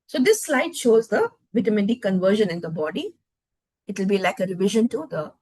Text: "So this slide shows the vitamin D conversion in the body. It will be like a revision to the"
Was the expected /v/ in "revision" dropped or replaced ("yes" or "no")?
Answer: no